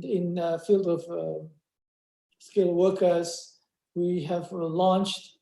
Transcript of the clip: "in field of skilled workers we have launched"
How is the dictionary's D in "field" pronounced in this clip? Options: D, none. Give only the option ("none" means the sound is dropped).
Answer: D